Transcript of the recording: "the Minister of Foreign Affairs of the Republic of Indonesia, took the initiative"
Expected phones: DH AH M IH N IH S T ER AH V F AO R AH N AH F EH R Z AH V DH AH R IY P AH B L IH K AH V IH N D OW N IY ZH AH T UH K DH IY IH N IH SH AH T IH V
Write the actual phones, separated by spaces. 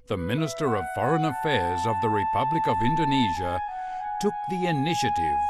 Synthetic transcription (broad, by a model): DH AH M IH N IH S T ER AH V F AO R AH N AH F EH R Z AH V DH AH R IY P AH B L IH K AH V IH N D OW N IY ZH AH T UH K DH IY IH N IH SH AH T IH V